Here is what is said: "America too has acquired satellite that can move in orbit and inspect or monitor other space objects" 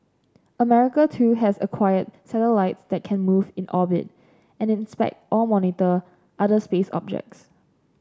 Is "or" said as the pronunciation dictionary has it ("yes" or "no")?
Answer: no